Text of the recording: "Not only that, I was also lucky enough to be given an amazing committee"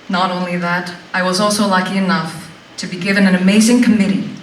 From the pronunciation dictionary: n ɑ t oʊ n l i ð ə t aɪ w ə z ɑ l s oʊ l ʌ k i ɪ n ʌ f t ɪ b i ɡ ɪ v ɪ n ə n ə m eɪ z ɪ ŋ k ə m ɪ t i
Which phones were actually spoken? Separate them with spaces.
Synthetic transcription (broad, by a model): n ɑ t oʊ n l i ð ə t aɪ w ə z ɑ l s oʊ l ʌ k i ɪ n ʌ f t ɪ b i ɡ ɪ v ɪ n ə n ə m eɪ z ɪ ŋ k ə m ɪ t i